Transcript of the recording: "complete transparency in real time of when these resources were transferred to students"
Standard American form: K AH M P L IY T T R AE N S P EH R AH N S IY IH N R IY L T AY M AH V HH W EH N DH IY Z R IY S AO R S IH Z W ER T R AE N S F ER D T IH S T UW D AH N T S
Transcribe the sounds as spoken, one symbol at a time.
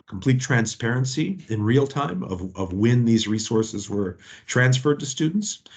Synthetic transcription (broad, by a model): K M P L IY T T R AE N S P EH R AH N S IY IH N R IY L T AY M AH V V W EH N DH IY Z R IY S AO R S IH Z W ER T R AE N S F ER D T IH S T UW D N T S